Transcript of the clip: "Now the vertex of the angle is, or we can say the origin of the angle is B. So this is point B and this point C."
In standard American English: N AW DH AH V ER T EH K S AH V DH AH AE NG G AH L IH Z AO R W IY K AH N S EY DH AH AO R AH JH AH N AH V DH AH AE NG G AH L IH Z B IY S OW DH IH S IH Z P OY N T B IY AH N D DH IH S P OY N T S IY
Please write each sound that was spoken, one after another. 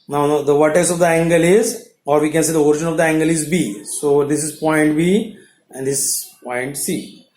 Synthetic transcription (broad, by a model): N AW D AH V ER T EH S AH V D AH AE NG G AH L IH Z AO R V IY K AH N S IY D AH AO R AH JH AH N AH V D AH AE NG G AH L IH Z B IY S OW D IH S IH Z P OY N T B IY AH N D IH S P OY N T S IY